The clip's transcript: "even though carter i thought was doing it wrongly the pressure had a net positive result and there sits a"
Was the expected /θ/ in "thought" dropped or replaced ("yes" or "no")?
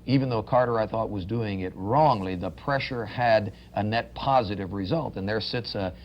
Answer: no